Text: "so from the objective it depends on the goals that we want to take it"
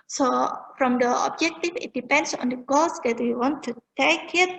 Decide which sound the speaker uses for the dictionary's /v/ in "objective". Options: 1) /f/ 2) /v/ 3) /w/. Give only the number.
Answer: 1